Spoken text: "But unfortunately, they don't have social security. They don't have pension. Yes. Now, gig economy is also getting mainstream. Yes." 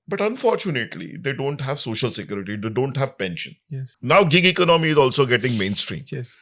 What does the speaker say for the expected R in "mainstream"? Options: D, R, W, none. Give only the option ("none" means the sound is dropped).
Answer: R